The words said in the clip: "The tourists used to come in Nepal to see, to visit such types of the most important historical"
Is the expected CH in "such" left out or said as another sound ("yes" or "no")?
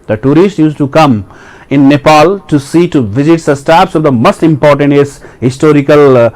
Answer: yes